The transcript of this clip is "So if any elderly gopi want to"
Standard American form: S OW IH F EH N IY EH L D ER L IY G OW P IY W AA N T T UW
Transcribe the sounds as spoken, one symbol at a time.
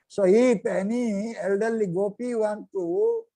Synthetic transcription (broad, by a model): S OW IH P EH N IY EH L D ER L IY G OW P IY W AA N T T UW